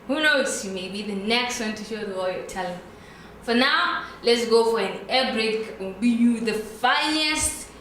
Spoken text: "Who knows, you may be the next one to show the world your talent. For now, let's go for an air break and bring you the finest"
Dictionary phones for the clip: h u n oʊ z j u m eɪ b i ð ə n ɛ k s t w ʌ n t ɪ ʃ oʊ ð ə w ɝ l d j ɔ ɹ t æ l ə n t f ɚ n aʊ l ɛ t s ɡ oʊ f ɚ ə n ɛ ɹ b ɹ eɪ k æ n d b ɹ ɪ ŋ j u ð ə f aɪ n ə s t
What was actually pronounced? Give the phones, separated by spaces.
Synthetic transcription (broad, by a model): h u n oʊ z j u m eɪ b i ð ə n ɛ k s t w ʌ n t ɪ ʃ oʊ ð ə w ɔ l j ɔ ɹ t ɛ l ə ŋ f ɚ n aʊ l ɛ t s ɡ oʊ f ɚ ə n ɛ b ɹ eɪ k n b i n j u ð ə f aɪ n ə s t